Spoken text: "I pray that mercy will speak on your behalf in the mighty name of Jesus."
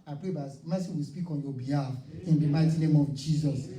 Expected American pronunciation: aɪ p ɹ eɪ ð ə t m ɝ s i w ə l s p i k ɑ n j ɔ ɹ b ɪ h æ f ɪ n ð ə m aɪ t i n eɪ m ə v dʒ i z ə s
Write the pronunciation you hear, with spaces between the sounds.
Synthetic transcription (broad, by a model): aɪ p ɹ eɪ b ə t m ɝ s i w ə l s p i k ɑ n j ɔ b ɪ h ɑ f ɪ n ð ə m aɪ t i n eɪ m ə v dʒ i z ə s